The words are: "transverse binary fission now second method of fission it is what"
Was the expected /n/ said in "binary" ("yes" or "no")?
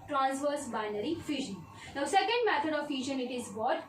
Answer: yes